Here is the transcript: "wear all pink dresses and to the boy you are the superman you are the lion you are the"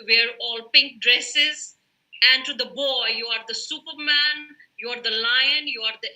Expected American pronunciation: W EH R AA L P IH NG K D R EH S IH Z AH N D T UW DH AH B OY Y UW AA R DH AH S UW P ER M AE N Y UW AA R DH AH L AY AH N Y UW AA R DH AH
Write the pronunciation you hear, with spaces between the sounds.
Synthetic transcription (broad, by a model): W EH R AA L P IH NG K D R EH S IH Z AH N D T UW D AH B OY Y UW AA R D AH S UW P ER M AE N Y UW AA R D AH L AY AH N Y UW AA R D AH